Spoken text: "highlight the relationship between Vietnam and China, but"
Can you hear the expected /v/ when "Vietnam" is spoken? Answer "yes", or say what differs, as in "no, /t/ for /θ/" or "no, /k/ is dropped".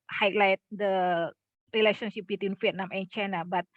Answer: no, /f/ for /v/